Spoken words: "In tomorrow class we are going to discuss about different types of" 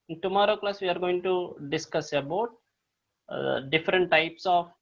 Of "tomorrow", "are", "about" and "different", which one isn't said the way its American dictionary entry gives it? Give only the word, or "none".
none